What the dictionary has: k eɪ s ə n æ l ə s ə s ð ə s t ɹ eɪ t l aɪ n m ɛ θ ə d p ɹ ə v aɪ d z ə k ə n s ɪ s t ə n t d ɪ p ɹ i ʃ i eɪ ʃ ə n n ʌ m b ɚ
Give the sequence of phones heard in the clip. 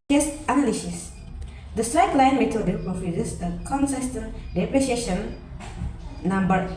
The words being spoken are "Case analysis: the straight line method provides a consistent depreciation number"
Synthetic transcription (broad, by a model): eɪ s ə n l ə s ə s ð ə s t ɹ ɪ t l aɪ n m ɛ t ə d f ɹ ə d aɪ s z ə k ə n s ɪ s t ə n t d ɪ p ɹ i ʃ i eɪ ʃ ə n n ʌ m b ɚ